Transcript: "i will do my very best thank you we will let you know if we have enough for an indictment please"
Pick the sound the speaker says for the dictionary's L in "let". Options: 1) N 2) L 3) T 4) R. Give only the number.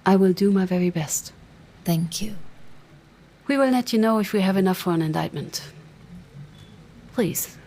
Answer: 1